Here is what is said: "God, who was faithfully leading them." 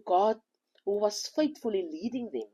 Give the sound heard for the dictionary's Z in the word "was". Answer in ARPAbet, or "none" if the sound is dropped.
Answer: S